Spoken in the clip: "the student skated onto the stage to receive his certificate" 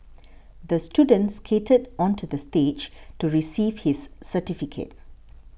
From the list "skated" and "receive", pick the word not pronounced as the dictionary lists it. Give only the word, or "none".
none